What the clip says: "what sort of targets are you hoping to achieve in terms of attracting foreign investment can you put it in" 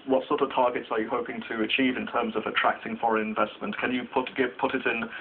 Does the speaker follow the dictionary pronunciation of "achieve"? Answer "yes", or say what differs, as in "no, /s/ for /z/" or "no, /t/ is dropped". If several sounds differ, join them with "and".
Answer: yes